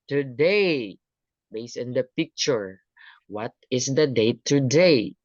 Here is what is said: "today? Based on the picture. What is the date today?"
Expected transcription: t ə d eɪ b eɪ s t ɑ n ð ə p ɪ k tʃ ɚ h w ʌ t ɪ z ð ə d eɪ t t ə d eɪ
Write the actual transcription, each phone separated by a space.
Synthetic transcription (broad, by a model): t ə d eɪ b eɪ s ɑ n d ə p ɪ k tʃ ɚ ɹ w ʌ t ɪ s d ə d eɪ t t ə d eɪ